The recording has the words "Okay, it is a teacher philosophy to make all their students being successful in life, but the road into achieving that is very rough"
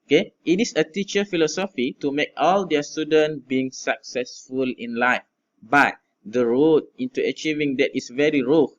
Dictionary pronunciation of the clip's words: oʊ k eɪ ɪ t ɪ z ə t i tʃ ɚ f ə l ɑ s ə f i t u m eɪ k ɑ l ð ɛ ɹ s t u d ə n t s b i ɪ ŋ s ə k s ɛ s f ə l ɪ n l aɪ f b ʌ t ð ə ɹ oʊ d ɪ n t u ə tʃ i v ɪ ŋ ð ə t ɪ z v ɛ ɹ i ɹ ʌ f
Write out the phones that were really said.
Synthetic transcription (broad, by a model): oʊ k eɪ ɪ t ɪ s ə t i tʃ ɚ f ə l ɑ s ə f i t u m eɪ k ɑ l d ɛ s t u d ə n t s b i ɪ ŋ s ə k s ɛ s f ə l ɪ n l aɪ f b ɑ t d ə ɹ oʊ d ɪ n t u ə tʃ i v ɪ ŋ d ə t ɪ s v ɛ ɹ i ɹ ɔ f